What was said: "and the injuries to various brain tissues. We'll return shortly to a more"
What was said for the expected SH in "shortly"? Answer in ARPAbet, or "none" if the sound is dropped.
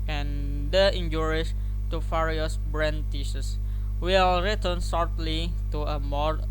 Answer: S